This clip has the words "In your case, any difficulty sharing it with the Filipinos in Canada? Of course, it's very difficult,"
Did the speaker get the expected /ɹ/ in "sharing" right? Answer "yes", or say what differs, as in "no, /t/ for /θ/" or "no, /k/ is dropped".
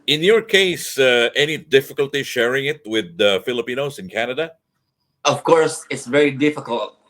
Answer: yes